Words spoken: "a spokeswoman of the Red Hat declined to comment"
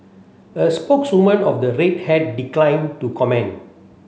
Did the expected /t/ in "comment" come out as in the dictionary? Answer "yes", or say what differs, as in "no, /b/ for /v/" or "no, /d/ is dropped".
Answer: no, /t/ is dropped